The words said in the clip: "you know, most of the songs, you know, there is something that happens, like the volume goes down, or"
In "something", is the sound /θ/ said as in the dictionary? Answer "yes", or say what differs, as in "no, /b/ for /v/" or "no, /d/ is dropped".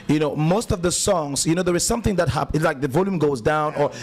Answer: yes